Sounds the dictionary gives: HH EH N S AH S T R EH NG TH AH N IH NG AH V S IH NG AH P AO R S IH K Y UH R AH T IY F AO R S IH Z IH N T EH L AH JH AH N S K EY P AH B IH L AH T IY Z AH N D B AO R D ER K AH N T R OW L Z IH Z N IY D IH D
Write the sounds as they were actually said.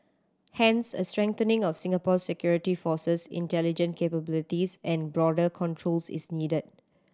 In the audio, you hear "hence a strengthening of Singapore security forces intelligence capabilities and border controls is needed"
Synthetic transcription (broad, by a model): HH EH N S AH S T R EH NG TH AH N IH NG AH F S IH NG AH P AO S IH K Y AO R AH T IY F AO S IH S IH N T EH L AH JH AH N K EY P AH B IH L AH T IY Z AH N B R AO D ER K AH N T R OW L S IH S N IY D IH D